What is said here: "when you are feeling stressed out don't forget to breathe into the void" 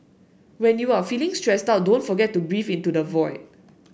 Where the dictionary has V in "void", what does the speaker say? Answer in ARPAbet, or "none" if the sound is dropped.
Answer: V